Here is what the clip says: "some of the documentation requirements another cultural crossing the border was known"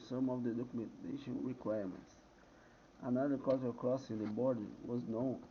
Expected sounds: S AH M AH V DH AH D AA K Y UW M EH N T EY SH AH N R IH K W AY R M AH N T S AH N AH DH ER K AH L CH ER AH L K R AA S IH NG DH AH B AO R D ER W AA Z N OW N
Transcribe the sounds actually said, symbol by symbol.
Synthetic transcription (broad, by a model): S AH M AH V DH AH D AA K Y UW M EH N T EY SH AH N R IH K W AY R M AH N T S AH N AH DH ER K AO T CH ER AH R K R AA S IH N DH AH B AO R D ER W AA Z N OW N